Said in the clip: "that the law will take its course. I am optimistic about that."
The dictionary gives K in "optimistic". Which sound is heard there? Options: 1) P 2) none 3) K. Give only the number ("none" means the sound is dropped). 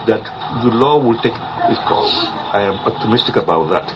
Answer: 3